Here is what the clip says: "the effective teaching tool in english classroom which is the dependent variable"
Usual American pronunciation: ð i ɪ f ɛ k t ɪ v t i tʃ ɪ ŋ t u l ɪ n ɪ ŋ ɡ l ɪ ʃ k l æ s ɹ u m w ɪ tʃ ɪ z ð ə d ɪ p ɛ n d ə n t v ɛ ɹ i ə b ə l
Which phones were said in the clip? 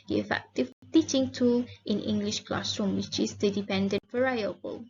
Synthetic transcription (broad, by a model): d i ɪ f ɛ k t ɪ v t i tʃ ɪ ŋ t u l ɪ n ɪ ŋ ɡ l ɪ ʃ k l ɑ s ɹ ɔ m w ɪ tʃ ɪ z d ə d ɪ p ɛ n d ə n t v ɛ ɹ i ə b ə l